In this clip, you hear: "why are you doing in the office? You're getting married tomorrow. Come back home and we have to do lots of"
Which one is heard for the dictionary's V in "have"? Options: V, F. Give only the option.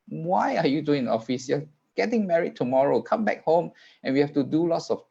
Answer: F